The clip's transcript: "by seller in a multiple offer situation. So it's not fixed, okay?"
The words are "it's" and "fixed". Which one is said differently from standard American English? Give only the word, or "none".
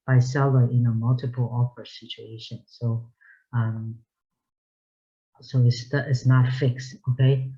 none